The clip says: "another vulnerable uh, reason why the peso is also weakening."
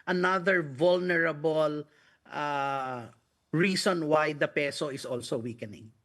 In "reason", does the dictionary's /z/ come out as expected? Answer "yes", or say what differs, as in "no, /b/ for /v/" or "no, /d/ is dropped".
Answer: no, /s/ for /z/